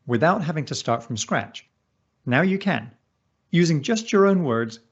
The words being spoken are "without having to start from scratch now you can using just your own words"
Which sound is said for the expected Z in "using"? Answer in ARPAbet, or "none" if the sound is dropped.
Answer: Z